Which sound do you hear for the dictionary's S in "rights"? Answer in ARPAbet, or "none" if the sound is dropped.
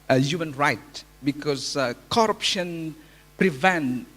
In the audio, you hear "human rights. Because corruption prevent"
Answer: none